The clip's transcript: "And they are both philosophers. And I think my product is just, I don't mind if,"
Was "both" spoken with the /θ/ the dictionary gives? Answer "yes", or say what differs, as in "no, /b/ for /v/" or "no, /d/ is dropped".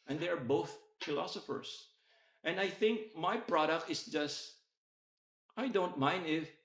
yes